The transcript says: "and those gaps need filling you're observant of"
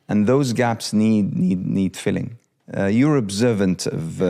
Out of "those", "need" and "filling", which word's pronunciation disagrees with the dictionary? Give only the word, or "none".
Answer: none